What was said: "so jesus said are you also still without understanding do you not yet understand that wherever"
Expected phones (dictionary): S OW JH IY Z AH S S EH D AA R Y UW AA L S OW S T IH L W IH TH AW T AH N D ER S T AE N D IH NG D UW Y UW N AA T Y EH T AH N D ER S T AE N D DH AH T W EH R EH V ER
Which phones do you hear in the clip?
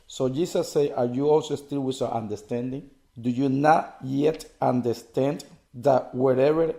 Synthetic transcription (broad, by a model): S OW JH IY S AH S S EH AA R Y UW AA L S OW S T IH L W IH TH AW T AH N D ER S T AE N D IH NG D UW Y UW N AA T Y EH T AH N D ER S T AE N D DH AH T W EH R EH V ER